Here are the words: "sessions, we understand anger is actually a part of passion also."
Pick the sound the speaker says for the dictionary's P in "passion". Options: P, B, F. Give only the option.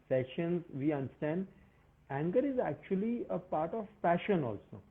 F